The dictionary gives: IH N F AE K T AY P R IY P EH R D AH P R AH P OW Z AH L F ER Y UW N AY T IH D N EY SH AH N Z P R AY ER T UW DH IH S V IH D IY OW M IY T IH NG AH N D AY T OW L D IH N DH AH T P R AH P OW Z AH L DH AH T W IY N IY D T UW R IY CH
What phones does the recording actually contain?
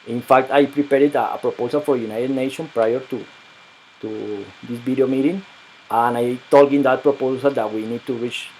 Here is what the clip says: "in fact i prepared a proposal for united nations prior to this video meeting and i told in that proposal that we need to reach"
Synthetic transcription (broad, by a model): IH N F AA K T AY P R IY P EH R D AH P R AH P OW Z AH L F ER Y UW N AY T IH D N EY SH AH N P R AY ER T UW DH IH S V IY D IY OW M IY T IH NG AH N AY T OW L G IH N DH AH T P R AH P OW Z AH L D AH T W IY N IY D T UW R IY CH